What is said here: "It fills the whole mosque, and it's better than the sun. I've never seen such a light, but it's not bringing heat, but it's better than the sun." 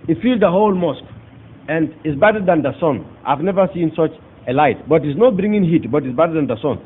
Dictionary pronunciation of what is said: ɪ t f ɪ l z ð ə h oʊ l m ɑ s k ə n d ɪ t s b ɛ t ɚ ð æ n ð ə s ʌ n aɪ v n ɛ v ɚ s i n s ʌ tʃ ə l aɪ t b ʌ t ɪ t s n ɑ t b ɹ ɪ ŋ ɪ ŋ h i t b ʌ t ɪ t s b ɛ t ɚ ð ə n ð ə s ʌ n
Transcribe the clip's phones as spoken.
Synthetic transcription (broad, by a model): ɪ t f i l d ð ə h oʊ l m ɑ s k ə n d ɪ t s b ɛ t ɚ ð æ n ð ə s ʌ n aɪ v n ɛ v ɚ s i n s ʌ tʃ ə l aɪ t b ʌ t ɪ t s n ɑ t b ɹ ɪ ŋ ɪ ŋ h i t b ʌ t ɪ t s b ɛ t ɚ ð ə n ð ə s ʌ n